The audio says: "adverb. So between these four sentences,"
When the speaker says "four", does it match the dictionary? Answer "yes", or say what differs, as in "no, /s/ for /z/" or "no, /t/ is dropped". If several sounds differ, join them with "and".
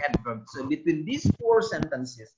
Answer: yes